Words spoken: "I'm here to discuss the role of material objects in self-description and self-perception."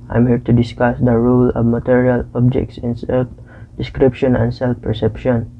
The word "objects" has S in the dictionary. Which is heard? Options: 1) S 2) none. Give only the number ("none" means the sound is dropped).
1